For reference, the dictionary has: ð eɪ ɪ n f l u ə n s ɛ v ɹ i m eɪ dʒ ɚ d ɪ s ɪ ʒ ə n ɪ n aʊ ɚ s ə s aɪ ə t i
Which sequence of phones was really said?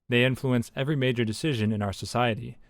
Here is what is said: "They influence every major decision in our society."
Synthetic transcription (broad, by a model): ð eɪ ɪ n f l u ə n s ɛ v ɹ i m eɪ dʒ ɚ d ɪ s ɪ ʒ ə n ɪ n aʊ ɚ s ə s aɪ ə t i